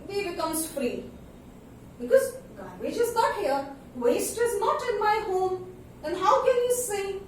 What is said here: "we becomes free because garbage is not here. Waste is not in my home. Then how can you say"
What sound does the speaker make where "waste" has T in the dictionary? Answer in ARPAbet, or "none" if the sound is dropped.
T